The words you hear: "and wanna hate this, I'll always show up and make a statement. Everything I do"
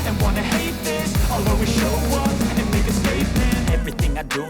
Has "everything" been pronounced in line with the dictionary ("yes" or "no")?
yes